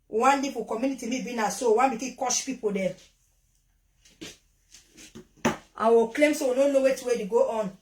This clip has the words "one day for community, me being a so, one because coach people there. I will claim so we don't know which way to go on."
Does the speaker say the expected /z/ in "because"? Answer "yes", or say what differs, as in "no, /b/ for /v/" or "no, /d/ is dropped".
no, /z/ is dropped